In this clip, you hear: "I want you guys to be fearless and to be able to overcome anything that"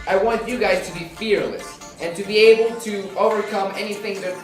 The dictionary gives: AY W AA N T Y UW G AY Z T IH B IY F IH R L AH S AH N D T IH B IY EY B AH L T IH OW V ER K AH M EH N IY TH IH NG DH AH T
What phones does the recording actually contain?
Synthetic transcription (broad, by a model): AY W AA N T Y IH G AY Z T IH B IY F IH R L AH S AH N T IH B IY EY B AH L T IH OW V ER K AH M EH N IY TH IH NG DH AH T